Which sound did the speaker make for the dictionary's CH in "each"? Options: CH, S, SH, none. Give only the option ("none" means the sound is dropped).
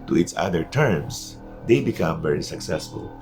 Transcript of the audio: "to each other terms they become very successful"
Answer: S